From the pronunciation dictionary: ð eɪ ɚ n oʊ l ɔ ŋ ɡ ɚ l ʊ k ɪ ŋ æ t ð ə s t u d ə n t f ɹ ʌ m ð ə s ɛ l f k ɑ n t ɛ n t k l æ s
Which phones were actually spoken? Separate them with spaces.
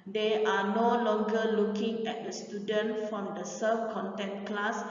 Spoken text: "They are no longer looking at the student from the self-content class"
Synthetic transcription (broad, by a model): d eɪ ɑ n oʊ l ɔ ŋ ɡ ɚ l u k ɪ ŋ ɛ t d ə s t u d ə n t f ɹ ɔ m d ə s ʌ f k ɑ n t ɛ n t k l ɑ s